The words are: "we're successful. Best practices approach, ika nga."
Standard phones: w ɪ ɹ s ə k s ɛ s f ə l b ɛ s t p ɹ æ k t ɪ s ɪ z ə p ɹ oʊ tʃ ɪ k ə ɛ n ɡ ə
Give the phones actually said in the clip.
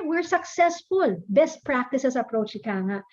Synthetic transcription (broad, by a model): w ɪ ɹ s ə k s ɛ s f ə l b ɛ s t p ɹ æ k t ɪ s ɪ s ə p ɹ oʊ tʃ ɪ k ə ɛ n